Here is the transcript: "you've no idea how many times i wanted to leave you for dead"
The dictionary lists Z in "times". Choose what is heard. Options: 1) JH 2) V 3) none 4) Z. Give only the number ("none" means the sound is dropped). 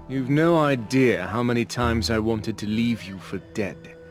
4